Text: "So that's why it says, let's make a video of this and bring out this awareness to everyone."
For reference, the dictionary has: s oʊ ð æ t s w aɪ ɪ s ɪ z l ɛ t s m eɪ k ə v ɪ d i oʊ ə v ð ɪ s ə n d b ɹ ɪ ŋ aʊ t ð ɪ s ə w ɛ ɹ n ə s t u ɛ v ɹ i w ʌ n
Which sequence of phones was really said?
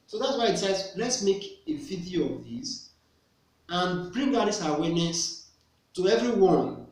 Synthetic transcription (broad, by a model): s oʊ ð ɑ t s w aɪ ɪ s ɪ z l ɛ t s m eɪ k ə f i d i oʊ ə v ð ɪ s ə n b ɹ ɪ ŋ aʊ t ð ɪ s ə w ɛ n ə s t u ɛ v ɹ i w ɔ n